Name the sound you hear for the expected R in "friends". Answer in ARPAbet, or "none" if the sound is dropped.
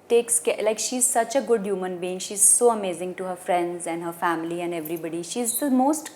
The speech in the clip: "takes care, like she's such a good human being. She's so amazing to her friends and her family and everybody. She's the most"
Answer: R